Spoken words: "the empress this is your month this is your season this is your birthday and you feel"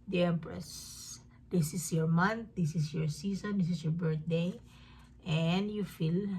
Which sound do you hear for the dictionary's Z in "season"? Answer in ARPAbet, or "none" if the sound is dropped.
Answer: S